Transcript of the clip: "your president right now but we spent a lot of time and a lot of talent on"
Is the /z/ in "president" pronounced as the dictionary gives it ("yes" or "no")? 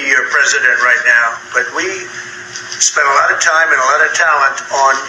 yes